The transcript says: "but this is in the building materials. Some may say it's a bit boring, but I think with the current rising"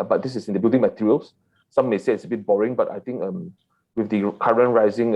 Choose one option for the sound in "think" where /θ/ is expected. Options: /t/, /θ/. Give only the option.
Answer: /t/